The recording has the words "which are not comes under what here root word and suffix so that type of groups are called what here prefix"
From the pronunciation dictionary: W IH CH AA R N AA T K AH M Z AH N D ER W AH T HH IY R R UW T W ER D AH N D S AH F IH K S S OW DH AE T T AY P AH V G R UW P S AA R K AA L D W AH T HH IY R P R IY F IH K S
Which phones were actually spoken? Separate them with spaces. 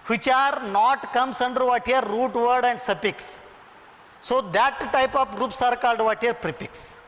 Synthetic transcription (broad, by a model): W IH CH AA R N AA T K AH M S AH N D ER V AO T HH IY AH R UW T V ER D AH N D S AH P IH K S S OW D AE T T AY P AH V G R UW P S AA R K AA L D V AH T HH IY R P R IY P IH K S